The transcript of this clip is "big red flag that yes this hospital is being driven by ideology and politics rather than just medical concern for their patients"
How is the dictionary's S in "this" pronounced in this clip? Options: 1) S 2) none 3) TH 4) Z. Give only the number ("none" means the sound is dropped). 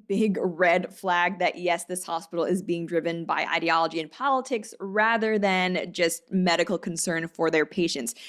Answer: 1